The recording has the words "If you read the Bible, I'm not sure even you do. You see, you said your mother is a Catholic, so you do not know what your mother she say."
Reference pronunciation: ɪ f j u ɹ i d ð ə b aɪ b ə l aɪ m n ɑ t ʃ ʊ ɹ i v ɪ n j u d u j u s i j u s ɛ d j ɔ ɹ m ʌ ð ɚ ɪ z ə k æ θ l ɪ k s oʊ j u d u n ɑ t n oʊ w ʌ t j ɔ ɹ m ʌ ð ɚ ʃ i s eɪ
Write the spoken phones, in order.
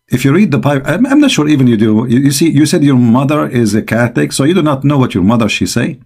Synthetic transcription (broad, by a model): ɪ f j u ɹ i d ð ə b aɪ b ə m aɪ m n ɑ t ʃ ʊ ɹ i v ɪ n j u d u j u s i j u s ɛ d j ɔ ɹ m ʌ ð ɚ ɪ z ə k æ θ ɪ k s oʊ j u d u n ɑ t n oʊ w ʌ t j ɔ ɹ m ʌ ð ɚ ʃ i s eɪ